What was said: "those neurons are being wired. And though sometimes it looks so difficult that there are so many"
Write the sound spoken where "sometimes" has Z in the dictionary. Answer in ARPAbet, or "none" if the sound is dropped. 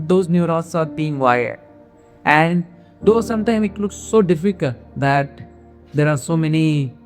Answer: none